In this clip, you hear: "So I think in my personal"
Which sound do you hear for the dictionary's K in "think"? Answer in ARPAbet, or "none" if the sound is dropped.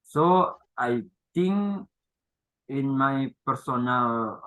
none